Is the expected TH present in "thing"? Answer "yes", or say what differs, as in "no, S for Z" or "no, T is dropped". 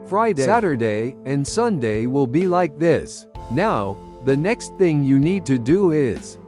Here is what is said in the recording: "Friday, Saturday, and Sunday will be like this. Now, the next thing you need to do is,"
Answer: yes